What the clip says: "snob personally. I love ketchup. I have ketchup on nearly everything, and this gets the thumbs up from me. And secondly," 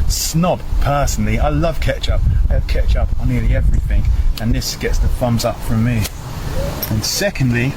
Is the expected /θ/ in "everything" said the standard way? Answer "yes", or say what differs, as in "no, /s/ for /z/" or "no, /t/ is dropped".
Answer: yes